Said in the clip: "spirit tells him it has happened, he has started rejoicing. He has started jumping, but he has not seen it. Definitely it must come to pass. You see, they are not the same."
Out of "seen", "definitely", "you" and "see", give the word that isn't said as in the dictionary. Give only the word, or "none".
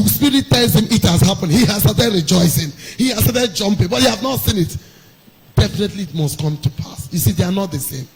none